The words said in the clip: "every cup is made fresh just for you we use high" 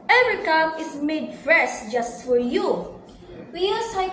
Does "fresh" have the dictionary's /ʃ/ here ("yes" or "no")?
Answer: no